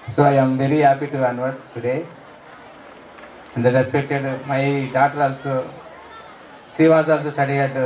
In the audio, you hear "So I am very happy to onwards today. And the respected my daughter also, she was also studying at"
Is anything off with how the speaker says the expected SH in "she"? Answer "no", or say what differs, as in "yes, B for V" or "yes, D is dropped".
yes, S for SH